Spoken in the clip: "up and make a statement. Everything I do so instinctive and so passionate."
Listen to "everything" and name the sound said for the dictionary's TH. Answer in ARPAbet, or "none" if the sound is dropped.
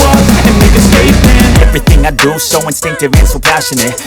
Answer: TH